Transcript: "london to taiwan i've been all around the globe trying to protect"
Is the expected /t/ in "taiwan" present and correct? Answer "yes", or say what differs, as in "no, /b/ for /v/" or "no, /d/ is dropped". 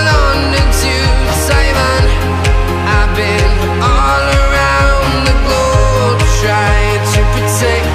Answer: no, /s/ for /t/